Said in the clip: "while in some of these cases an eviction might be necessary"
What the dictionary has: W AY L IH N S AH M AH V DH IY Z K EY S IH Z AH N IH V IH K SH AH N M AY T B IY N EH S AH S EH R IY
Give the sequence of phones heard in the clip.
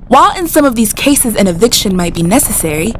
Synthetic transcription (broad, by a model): W AY L IH N S AH M AH V DH IY Z K EY S IH Z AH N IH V IH K SH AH N M AY T B IY N EH S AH S EH R IY